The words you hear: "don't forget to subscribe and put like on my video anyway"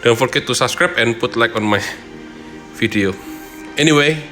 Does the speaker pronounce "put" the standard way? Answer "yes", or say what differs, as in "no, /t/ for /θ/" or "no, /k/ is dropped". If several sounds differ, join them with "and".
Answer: yes